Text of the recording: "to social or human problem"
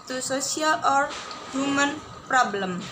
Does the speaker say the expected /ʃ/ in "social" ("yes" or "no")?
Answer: no